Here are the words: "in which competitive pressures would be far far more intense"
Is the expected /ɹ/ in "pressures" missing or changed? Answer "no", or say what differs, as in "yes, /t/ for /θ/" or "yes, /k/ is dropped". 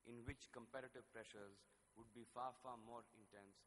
no